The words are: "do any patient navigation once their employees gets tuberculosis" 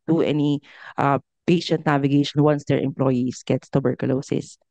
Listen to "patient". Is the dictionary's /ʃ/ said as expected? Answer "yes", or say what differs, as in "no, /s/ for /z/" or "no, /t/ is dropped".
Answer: yes